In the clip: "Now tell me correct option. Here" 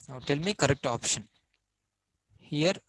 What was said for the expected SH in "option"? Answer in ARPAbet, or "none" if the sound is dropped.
SH